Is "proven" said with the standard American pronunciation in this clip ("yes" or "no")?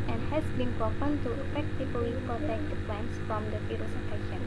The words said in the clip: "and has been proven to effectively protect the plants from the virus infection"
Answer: no